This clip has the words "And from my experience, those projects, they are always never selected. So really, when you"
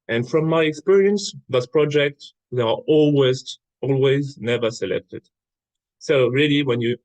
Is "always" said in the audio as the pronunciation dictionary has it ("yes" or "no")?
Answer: yes